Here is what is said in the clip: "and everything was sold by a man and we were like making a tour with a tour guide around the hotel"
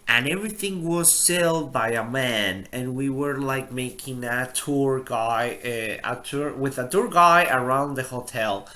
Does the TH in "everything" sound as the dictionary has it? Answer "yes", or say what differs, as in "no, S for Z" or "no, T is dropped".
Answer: yes